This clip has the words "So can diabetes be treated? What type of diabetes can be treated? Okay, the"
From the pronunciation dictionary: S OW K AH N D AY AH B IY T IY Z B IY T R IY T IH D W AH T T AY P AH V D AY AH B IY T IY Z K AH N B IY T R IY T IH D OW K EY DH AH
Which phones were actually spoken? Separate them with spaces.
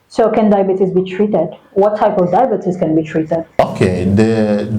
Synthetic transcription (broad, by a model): S OW K AH N D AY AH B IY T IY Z B IY T R IY T IH D W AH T T AY P AH V D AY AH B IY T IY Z K AH N B IY T R IY T IH D OW K EY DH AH